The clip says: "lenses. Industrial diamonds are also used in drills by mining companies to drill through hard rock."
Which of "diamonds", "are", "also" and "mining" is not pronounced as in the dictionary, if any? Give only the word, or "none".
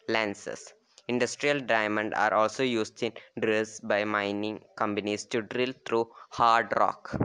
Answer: diamonds